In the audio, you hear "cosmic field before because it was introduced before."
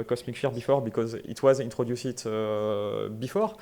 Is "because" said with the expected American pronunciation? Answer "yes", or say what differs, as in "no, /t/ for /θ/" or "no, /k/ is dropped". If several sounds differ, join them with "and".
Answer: yes